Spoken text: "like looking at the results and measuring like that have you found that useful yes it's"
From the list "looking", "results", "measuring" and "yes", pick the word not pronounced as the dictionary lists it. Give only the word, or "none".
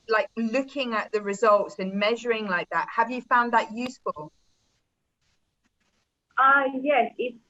none